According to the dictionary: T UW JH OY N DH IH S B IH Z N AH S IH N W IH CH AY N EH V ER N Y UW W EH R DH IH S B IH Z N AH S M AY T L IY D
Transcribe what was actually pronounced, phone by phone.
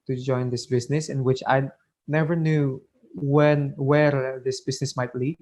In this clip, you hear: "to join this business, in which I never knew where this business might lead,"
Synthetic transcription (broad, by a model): T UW JH OY N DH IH S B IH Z N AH S IH N W IH CH AY N EH V ER N Y UW W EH W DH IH S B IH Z N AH S M AY T L IY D